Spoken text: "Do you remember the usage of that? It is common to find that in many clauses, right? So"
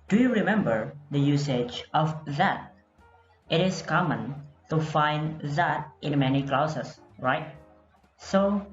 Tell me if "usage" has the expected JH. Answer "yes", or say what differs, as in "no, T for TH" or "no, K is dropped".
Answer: yes